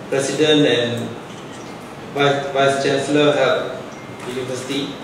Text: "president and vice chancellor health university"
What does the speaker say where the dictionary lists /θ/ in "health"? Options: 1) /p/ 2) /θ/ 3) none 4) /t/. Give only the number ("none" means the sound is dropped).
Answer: 4